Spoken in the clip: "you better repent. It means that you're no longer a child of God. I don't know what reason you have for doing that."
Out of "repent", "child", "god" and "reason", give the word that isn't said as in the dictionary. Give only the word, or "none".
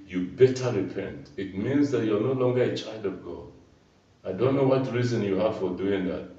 none